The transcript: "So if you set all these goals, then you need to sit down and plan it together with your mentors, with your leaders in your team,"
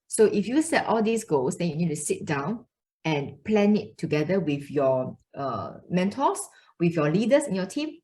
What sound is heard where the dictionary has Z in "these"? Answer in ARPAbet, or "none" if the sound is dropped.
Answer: S